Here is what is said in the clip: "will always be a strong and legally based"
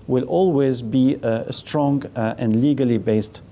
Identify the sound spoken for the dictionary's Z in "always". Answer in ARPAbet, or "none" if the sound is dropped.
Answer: Z